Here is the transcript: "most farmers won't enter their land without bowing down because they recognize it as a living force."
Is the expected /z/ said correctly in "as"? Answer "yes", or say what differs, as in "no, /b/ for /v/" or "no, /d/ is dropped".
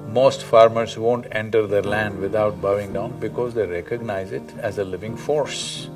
yes